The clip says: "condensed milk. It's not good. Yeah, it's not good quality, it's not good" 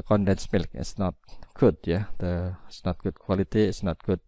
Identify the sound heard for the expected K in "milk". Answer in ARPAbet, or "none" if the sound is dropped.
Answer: K